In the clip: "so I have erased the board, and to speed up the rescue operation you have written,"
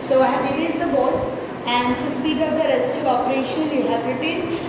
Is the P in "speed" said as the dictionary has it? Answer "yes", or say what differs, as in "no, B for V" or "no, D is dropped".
no, B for P